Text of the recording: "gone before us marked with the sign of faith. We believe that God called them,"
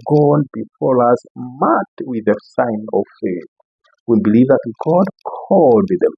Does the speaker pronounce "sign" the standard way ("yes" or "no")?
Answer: yes